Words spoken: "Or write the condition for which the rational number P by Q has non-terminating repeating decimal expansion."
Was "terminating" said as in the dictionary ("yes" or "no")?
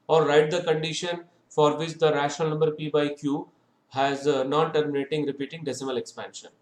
yes